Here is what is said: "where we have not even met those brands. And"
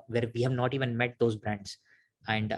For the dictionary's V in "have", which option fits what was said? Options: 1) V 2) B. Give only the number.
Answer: 1